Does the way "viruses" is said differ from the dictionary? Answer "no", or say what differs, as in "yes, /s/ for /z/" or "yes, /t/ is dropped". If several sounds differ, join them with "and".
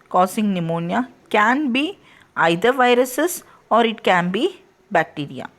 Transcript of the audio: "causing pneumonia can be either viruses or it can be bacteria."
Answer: yes, /s/ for /z/